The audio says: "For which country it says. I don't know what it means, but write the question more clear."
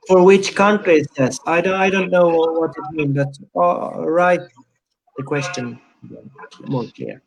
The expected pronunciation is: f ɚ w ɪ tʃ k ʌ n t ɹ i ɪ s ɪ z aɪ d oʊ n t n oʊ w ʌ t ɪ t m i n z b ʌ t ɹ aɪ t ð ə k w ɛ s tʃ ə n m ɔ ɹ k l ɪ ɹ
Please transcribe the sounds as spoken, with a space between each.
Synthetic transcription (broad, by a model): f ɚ w ɪ tʃ k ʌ n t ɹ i ɪ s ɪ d aɪ d oʊ n t n oʊ w ʌ t ɪ t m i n b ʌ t ɹ aɪ t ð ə k w ɛ s tʃ ə n m ɔ ɹ k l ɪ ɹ